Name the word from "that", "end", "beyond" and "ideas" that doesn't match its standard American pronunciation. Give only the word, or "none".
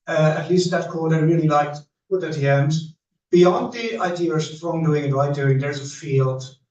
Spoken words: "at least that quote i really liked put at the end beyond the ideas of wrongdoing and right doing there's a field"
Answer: ideas